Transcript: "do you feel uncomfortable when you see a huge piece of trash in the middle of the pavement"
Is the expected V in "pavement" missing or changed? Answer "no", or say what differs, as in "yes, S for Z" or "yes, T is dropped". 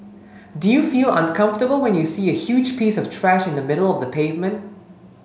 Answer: no